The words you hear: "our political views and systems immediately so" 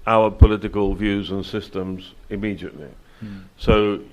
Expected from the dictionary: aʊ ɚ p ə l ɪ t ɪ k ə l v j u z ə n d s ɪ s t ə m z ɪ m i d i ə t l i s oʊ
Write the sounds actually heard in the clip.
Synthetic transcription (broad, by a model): aʊ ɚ p ə l ɪ t ɪ k ə l v j u z ə n s ɪ s t ə m z ɪ m i d i ə t l i s oʊ